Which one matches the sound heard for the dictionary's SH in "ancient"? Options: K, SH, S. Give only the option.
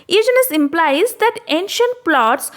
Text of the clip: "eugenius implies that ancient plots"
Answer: SH